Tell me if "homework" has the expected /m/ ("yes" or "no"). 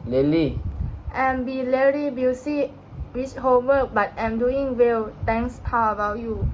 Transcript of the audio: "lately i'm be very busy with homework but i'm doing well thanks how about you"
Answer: no